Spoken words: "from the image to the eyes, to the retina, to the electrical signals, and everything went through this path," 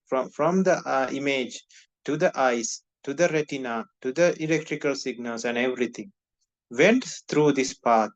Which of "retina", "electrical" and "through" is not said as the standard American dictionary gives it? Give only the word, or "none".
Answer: through